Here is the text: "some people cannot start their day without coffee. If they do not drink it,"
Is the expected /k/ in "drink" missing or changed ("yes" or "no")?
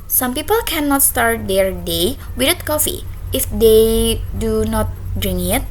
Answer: yes